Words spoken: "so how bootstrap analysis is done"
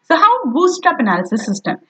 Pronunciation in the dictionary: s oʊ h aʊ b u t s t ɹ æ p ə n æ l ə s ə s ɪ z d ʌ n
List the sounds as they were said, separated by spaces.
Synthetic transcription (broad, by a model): s oʊ h aʊ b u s t ʌ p ə n æ l ə s ə s ɪ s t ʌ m